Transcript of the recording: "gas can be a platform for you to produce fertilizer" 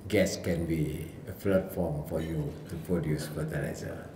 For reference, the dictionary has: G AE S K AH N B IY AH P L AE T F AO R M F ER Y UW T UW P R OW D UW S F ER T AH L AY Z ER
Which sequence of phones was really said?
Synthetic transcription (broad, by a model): G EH S K AH N B IY AH F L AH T F AO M F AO Y UW T UW P R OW D UW S F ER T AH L AY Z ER